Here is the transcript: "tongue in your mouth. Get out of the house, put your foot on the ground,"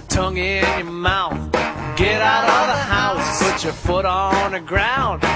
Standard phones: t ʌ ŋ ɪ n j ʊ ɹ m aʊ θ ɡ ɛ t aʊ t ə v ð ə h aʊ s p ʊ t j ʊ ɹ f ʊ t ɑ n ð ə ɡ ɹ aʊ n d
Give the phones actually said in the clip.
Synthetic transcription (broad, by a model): t ʌ ŋ ɪ n j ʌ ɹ m aʊ θ ɡ ɛ t aʊ t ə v ð ə h aʊ s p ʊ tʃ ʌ ɹ f ʊ t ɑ n ð ə ɡ ɹ aʊ n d